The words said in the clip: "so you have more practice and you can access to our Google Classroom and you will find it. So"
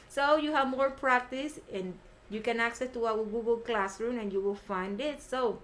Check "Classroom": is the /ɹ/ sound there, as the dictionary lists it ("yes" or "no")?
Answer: yes